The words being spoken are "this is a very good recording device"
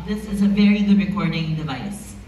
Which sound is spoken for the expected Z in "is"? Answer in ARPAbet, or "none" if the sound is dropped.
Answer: Z